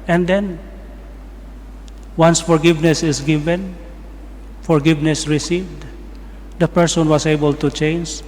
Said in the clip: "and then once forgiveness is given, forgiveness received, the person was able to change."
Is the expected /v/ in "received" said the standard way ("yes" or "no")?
yes